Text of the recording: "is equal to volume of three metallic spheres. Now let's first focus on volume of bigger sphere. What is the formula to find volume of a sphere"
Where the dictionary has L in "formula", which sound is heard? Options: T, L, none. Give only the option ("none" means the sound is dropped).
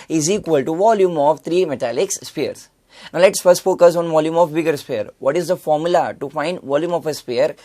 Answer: L